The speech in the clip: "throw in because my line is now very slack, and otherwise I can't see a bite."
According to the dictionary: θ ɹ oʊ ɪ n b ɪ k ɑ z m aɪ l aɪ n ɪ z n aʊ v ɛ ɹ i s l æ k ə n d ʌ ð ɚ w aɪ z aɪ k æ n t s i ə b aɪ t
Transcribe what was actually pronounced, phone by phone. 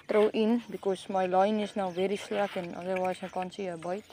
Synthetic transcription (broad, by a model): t ɹ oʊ ɪ n b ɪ k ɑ s m aɪ l aɪ n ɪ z n aʊ v ɛ ɹ i s l æ k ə n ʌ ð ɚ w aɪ s aɪ k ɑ n s i ə b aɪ t